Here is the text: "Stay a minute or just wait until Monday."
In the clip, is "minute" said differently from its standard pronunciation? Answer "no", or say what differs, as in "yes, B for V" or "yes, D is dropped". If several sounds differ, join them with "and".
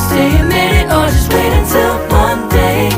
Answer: yes, T is dropped